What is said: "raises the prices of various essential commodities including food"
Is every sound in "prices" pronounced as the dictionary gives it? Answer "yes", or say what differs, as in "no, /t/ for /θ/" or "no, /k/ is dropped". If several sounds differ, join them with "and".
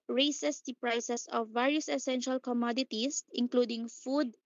no, /s/ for /z/